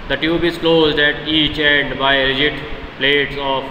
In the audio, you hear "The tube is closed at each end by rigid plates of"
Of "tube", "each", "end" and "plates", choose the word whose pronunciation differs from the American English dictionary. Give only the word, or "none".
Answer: none